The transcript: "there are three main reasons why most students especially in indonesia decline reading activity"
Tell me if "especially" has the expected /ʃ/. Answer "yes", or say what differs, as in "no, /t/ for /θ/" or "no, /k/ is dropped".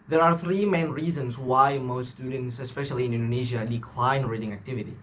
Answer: yes